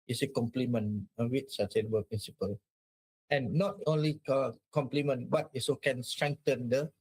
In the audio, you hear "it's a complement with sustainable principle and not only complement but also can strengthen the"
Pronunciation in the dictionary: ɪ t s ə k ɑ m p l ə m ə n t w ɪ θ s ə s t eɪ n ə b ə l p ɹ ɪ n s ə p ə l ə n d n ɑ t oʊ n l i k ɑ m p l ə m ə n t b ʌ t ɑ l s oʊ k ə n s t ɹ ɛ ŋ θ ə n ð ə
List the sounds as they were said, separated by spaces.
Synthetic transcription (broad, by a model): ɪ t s ə k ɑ m p l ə m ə n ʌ w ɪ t s ə s t eɪ n ə b ə l p ɹ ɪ n s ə p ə l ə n n ɑ t oʊ n l i k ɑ m p l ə m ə n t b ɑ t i s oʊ k ə n s t ɹ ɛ ŋ t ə n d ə